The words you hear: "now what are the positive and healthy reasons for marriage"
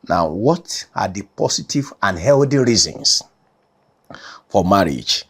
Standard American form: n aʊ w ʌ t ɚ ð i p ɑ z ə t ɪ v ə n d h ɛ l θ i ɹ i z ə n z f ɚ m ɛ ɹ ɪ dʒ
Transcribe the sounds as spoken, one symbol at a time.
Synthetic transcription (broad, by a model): n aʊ w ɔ t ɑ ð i p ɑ s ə t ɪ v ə n h ɛ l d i ɹ i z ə n s f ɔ m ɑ ɹ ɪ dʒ